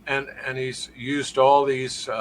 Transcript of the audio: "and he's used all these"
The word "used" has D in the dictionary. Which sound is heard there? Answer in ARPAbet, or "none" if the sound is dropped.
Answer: D